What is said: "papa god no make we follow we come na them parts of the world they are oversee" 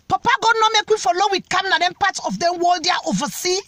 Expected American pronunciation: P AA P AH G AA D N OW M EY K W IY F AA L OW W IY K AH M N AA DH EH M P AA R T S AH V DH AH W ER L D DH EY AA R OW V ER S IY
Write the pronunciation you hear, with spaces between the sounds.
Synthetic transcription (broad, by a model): P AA P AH G AA D N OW M EY K W IY F AA L OW W IY K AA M N AA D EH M P AA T AH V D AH W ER L D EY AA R OW V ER S IY